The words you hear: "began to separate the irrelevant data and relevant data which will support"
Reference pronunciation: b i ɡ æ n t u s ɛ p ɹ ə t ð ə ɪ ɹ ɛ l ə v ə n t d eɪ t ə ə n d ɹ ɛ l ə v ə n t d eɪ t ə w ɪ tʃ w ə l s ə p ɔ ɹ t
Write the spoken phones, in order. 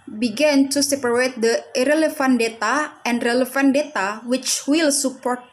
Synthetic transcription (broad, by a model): b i ɡ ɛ n t u s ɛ p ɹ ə t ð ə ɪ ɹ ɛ l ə f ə n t d eɪ t ə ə n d ɹ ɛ l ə f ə n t d eɪ t ə w ɪ tʃ w ə l s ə p ɔ ɹ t